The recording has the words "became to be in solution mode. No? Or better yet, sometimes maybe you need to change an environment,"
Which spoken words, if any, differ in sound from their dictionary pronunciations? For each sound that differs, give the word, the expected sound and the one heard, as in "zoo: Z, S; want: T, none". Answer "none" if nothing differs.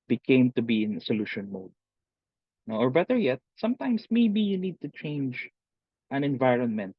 sometimes: Z, S